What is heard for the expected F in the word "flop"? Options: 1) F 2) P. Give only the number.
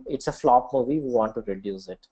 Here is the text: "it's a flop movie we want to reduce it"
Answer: 1